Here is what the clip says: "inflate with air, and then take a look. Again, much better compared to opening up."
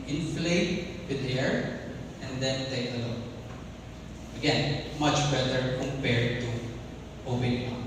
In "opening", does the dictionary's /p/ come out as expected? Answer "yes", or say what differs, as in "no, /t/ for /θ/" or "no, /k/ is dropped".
no, /b/ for /p/